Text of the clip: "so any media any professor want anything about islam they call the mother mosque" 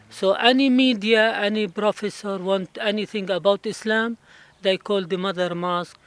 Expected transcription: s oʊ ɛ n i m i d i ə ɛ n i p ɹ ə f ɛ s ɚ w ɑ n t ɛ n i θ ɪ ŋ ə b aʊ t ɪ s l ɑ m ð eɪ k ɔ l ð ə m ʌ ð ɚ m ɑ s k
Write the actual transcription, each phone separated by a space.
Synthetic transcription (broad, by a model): s oʊ ɛ n i m i d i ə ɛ n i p ɹ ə f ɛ s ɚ w ɑ n t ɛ n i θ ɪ ŋ ə b aʊ t ɪ s l ɑ m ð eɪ k ɔ l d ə m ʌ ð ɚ m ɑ s k